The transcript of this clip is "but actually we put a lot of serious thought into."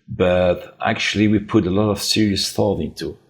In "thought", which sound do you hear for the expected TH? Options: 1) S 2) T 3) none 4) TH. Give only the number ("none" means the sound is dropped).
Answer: 4